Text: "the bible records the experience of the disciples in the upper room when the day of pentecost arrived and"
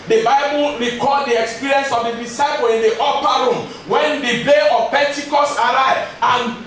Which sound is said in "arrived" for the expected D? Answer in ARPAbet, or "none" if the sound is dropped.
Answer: none